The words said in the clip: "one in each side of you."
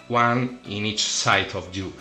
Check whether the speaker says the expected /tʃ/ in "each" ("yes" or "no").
yes